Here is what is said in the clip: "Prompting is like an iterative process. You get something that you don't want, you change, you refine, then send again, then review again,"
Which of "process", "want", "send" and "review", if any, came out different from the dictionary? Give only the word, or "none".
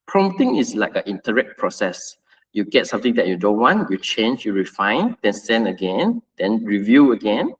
send